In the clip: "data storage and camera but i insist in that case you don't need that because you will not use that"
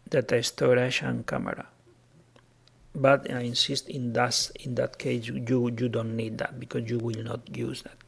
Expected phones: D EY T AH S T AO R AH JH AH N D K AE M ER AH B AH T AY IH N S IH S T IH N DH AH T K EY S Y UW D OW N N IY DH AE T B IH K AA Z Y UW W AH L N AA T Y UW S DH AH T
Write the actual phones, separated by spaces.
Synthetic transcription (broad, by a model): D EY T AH S T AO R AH SH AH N K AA M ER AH B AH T AY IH N S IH S T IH N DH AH T K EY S Y UW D OW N N IY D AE T B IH K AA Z Y UW W AH L N AA T Y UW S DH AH T